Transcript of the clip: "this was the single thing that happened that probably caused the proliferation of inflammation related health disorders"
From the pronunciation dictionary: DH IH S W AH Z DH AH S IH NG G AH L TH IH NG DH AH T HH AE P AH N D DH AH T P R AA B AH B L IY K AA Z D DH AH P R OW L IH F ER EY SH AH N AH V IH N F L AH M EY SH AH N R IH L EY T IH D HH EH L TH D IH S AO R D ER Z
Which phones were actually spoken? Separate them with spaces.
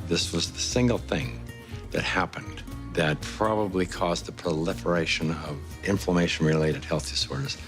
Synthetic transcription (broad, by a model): DH IH S W AH Z DH AH S IH NG G L TH IH NG DH AH T HH AE P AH N DH AH T P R AA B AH B L IY K AA Z DH AH P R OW L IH F ER EY SH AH N AH V IH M F L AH M EY SH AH N R IH L EY T IH D HH EH L TH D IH S AO R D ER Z